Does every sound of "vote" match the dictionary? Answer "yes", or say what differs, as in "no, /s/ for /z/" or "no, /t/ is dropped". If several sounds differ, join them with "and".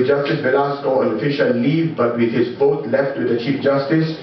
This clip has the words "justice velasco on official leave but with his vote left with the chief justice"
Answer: no, /f/ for /v/